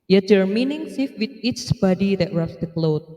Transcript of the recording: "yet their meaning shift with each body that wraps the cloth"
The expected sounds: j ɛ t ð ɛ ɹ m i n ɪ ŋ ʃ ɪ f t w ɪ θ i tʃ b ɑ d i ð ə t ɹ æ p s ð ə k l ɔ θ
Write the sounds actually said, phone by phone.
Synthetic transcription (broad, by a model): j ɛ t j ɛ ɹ m i n ɪ ŋ s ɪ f w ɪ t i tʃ b ɑ d i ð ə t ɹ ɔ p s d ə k l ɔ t